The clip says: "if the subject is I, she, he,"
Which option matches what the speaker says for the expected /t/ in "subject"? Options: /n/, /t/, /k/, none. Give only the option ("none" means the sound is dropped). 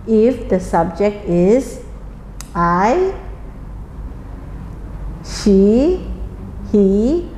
/t/